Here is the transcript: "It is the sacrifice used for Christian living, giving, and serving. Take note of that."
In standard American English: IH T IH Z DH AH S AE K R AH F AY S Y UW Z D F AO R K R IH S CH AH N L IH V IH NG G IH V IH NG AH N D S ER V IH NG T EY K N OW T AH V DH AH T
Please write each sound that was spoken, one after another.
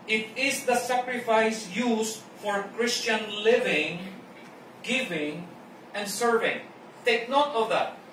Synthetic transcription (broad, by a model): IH T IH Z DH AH S AE K R AH F AY S Y UW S F AO R K R IH S CH AH N L IH V IH NG G IH V IH NG AH N D S ER V IH NG T EY K N OW T AH V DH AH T